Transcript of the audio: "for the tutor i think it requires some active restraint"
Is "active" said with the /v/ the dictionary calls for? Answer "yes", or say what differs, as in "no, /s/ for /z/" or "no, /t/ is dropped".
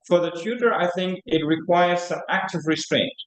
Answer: yes